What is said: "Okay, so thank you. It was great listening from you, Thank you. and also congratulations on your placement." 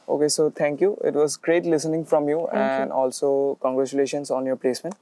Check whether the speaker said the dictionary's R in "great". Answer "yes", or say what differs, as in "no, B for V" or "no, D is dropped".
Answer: yes